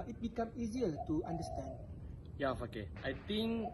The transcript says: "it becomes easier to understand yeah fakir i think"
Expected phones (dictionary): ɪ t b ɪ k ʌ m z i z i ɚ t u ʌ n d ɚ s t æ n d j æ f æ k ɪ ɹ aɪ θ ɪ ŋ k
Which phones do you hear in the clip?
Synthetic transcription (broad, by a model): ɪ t b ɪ k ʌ m i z i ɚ t u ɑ n d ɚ s t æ n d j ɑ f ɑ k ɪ aɪ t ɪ ŋ k